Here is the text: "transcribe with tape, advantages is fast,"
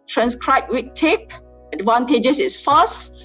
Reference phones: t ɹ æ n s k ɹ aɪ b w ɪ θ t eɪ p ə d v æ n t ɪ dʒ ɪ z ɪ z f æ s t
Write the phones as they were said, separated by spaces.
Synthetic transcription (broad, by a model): t ɹ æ n s k ɹ aɪ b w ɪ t t eɪ p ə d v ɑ n t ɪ dʒ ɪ s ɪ s f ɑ s